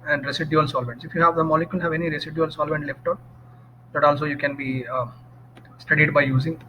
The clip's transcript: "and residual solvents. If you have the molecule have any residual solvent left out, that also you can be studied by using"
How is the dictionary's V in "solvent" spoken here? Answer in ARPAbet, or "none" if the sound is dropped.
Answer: V